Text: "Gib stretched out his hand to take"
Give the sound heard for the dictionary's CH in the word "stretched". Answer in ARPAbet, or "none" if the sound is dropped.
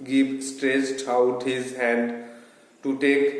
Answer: S